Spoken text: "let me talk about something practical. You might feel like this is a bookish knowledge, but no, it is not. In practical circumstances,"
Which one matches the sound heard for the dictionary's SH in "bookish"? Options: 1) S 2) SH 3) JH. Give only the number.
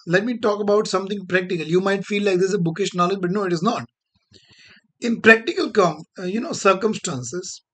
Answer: 2